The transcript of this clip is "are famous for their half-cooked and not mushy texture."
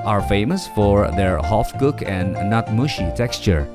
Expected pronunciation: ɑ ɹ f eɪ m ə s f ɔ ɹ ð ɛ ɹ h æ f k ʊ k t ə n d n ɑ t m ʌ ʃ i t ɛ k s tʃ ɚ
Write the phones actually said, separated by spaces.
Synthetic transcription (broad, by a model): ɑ ɹ f eɪ m ə s f ɔ ɹ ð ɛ ɹ h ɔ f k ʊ k ə n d n ɑ t m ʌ ʃ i t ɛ k s tʃ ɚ